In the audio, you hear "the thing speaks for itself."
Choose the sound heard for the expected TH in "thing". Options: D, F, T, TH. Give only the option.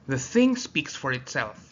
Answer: TH